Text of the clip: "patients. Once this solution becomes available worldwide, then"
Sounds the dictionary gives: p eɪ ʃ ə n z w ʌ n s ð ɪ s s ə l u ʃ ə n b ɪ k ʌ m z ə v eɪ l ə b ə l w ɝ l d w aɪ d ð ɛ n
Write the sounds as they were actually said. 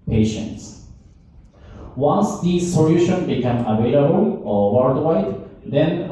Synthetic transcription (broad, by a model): p eɪ ʃ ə n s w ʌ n s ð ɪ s s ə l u ʃ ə n b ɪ k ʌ m ə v eɪ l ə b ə l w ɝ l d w aɪ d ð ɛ n